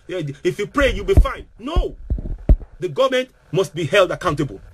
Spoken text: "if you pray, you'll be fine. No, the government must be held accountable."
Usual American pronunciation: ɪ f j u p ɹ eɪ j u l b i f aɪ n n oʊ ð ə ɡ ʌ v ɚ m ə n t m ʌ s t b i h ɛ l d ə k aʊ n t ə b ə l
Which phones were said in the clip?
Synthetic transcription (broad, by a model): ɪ f j u p ɹ eɪ j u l b i f aɪ n n oʊ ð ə ɡ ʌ v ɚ m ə n t m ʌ s t b i h ɛ l d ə k aʊ n t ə b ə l